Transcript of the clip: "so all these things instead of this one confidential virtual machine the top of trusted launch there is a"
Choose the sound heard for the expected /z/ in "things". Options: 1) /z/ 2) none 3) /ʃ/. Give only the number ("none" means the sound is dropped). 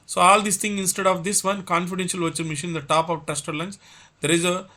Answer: 2